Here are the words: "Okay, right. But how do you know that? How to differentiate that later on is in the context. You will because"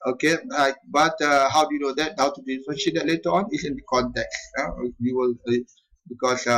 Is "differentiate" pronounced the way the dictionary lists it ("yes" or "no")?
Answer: no